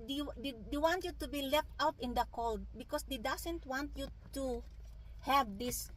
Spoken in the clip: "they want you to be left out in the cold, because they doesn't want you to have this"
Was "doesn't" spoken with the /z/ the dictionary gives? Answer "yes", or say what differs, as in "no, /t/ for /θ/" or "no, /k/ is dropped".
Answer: no, /s/ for /z/